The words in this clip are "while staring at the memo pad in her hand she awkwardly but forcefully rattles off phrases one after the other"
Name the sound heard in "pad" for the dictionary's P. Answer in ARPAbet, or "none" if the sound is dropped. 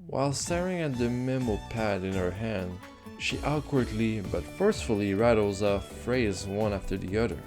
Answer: P